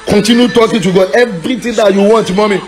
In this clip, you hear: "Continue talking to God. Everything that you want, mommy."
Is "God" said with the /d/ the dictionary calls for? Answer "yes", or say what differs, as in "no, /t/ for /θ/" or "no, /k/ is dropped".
no, /d/ is dropped